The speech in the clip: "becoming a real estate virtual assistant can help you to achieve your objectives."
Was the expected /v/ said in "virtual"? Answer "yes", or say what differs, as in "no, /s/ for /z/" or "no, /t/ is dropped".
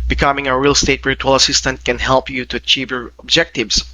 no, /b/ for /v/